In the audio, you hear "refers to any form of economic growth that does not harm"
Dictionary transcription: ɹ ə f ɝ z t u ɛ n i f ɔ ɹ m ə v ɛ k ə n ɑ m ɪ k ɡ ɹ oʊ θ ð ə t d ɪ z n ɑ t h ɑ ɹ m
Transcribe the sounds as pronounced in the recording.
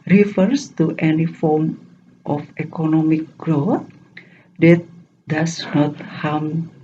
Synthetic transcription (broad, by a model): ɹ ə f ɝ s t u ɛ n i f ɔ ɹ m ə f ɛ k ə n ɑ m ɪ k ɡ ɹ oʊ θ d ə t d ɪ s n ɑ t h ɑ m